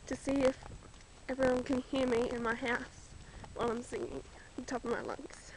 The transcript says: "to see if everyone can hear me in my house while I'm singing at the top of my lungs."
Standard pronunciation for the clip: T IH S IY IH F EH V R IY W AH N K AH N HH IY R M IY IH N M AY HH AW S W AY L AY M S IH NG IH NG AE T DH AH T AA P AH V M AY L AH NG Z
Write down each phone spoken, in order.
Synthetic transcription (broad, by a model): T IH S IY IH F EH V R IY W AH N K AH N HH IY R M IY IH N M AY HH AW S W AY L AY M S IH NG IH NG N T AA P AH V M AY L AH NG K